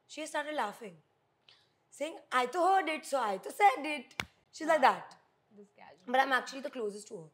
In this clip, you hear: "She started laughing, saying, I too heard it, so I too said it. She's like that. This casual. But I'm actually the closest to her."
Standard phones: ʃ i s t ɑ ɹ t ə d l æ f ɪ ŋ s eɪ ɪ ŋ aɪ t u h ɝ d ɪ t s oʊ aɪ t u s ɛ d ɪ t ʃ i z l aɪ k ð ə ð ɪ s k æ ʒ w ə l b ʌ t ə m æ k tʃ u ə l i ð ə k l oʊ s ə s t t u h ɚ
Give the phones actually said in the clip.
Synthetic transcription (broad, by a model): ʃ i s t ɑ ɹ t ə d l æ f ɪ ŋ s eɪ ɪ ŋ aɪ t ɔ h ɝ d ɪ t s oʊ aɪ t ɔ s ɛ d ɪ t ʃ i z l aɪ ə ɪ k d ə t b ʌ t ə m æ k tʃ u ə l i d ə k l oʊ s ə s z t u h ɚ